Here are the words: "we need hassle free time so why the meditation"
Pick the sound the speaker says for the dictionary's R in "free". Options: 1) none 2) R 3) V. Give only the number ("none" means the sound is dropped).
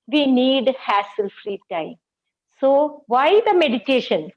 2